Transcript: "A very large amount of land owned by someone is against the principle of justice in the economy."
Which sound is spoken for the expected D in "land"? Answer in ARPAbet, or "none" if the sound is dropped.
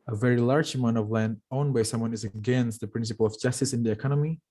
D